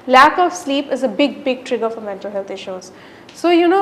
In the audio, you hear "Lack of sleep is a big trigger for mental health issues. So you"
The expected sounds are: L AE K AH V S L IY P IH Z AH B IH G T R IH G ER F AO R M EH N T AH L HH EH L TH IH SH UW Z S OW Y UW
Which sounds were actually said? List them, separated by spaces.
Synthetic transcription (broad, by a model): L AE K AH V S L IY P IH Z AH B IH G T R IH G ER F AO R M EH N T AH L HH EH L T IH SH UW Z S OW Y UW